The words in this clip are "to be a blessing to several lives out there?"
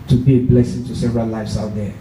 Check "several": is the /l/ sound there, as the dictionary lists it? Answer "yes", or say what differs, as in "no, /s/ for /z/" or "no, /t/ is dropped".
no, /n/ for /l/